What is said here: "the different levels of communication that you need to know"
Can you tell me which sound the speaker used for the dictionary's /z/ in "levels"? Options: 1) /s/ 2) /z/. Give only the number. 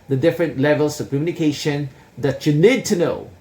1